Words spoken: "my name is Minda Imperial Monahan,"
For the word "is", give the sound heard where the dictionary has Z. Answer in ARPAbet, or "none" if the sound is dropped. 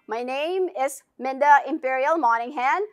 S